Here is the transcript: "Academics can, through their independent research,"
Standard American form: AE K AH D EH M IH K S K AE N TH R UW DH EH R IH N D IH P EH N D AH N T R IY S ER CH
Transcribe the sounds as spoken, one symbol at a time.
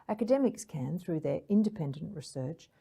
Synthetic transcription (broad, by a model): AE K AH D EH M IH K S K AE N TH R UW DH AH R IH N D IH P EH N D AH N T R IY S ER CH